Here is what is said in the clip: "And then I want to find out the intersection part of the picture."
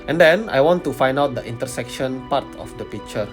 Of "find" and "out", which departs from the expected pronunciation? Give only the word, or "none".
none